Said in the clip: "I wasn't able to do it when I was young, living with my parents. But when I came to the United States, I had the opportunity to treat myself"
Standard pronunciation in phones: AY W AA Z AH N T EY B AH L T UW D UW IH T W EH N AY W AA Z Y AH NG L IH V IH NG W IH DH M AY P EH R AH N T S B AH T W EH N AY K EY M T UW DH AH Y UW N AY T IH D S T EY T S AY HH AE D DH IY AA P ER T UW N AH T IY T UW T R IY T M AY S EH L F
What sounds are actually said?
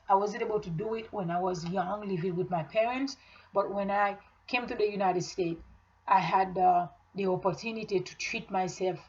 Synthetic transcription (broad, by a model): AY W AA Z AH N T EY B AH L T UW D UW IH T W EH N AY W AA Z Y AH NG L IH V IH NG W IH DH M AY P EH R AH N T S B AH T W EH N AY K EY M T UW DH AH Y UW N AY T IH D S T EY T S AY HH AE D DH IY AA P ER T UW N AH T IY T UW T R IY T M AY S EH L F